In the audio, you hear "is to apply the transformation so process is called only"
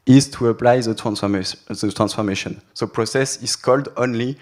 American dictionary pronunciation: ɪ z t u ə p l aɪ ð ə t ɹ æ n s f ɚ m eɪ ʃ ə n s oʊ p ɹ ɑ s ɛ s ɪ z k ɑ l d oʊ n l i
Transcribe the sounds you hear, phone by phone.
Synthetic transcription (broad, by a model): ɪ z t u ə p l aɪ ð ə t ɹ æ n s f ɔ m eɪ ʃ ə n s oʊ p ɹ ɑ s ɛ s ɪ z k ɑ l d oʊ n l i